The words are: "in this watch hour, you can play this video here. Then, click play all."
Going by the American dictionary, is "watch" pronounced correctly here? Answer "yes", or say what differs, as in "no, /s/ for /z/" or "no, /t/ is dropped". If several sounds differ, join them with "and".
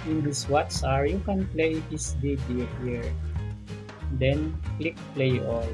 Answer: no, /s/ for /tʃ/